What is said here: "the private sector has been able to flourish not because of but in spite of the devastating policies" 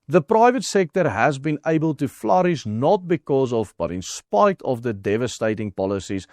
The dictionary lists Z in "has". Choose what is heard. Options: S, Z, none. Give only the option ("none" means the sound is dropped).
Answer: Z